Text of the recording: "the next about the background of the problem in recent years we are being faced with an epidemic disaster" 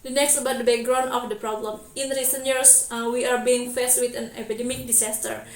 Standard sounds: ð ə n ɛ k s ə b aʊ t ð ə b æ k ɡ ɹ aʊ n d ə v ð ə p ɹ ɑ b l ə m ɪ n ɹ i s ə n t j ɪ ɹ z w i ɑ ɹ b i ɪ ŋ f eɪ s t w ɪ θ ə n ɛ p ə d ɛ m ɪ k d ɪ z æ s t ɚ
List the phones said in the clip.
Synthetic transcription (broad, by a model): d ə n ɛ k s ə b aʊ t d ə b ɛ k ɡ ɹ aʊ n ə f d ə p ɹ ɑ b l ə m ɪ n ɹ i s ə n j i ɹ s w i ɑ ɹ b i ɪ ŋ f eɪ s t w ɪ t ə n ɛ p ə d ɛ m ɪ k d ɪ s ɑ s t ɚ